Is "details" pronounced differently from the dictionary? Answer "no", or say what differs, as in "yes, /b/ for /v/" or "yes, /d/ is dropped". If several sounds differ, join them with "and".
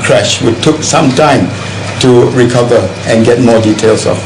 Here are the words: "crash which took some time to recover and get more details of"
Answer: yes, /s/ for /z/